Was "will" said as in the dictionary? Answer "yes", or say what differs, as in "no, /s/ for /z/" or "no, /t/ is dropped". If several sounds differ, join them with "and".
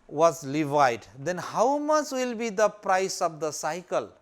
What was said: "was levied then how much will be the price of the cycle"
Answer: yes